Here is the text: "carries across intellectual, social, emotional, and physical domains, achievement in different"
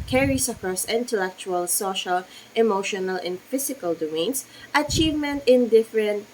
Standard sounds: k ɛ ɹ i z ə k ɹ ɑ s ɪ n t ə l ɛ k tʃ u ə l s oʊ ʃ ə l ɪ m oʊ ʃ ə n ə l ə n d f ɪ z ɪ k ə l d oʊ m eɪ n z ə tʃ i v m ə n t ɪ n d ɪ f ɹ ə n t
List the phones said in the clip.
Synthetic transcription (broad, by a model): k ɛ ɹ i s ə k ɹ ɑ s ɪ n t ə l ɛ k tʃ u ə l s oʊ ʃ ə l ɪ m oʊ ʃ ə n ə l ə n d f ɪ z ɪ k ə l d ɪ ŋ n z ə tʃ i v m ə n t ɪ n d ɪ f ɹ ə n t